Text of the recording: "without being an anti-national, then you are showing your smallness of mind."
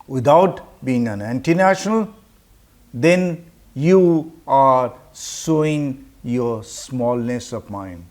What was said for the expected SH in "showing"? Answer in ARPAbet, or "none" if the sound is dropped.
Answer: S